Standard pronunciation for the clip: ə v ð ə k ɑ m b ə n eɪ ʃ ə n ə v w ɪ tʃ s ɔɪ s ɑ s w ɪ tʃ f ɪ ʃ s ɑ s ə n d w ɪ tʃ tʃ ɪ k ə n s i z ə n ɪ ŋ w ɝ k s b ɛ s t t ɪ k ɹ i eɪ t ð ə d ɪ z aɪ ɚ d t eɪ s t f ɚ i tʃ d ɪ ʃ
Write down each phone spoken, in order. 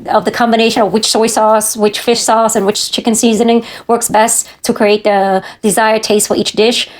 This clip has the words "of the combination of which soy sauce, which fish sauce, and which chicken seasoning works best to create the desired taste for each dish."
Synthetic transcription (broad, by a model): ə v ð ə k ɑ m b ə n eɪ ʃ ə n ə v w ɪ tʃ s ɔɪ s ɑ s w ɪ tʃ f ɪ ʃ s ɑ s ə n w ɪ tʃ tʃ ɪ k ə n s i z ə n ɪ ŋ w ɝ k s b ɛ s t t ɪ k ɹ i eɪ t ð ə d ɪ z aɪ ɚ d t eɪ s t f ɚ i tʃ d ɪ ʃ